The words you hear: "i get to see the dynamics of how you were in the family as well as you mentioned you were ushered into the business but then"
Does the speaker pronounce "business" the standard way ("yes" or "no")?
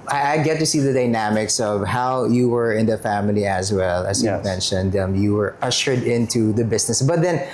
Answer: no